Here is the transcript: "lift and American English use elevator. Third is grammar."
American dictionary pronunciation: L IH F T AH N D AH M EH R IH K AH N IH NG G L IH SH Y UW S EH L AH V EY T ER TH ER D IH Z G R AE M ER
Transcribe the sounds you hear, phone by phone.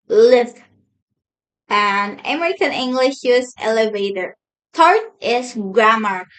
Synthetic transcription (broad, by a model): L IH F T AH N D AH M EH R IH K AH N IH NG G L IH SH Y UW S EH L AH V EY T ER T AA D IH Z G R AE M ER